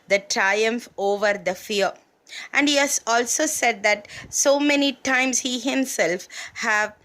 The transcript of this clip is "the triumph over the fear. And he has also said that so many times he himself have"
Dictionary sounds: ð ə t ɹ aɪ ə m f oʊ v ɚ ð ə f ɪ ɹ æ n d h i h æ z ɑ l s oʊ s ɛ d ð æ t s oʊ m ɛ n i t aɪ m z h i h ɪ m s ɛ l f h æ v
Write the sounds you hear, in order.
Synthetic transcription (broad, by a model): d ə t ɹ aɪ ə m f oʊ v ɚ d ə f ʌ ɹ æ n d h i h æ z ɑ l s oʊ s ɛ d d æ t s oʊ m ɛ n i t aɪ m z h i h ɪ m s ɛ l f h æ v